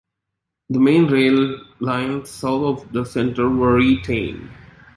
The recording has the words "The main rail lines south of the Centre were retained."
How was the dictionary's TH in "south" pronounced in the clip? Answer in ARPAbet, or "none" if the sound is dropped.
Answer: T